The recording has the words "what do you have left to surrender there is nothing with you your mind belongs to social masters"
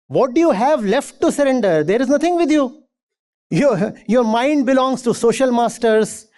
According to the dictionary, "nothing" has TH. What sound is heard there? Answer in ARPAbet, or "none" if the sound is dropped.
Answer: T